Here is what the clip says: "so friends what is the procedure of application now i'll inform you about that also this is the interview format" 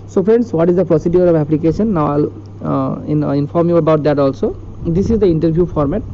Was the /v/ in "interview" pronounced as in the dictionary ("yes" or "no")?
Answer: no